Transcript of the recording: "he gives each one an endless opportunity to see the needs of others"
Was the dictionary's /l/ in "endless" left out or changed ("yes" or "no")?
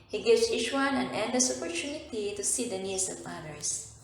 yes